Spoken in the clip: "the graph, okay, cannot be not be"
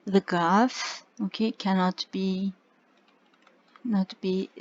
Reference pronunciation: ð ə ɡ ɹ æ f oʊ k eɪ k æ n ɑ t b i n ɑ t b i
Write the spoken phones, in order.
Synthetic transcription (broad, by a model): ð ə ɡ ɑ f oʊ k eɪ k æ n ɑ t b i n ɑ t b i